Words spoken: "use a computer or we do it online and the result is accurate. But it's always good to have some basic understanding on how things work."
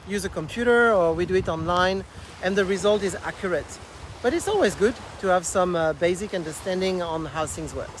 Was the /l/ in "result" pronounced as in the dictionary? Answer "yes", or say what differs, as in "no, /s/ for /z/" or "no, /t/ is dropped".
yes